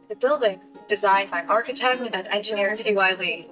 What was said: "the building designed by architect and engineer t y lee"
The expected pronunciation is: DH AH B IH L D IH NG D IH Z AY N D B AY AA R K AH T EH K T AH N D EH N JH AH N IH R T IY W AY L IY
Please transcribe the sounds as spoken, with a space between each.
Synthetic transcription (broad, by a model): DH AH B IH L D IH NG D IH Z AY N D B AY AA R K AH T EH K T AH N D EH N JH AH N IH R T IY W AY L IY